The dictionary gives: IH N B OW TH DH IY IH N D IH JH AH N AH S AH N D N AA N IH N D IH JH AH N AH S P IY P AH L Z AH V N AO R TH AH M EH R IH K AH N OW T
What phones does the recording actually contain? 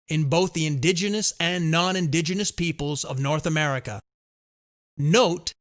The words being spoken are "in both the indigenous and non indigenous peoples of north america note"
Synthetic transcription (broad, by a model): IH N B OW TH DH IY IH N D IH JH AH N AH S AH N N AA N IH N D IH JH AH N AH S P IY P AH L Z AH V N AO R TH AH M EH R IH K AH N OW T